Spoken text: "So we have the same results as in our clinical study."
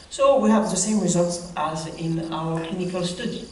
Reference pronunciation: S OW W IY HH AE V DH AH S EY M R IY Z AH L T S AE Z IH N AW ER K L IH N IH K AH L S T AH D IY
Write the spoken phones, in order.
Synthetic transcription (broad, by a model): S OW W IY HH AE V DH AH S EY M R IY Z AH L T S AE Z IH N AW ER K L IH N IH K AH L S T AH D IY